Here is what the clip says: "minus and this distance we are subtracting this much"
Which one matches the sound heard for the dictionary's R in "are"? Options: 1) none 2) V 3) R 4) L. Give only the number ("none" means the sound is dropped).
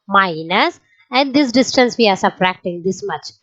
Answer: 3